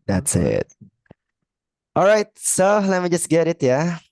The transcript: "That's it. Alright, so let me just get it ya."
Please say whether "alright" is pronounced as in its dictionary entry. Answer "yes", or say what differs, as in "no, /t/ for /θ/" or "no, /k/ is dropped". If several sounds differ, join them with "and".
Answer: yes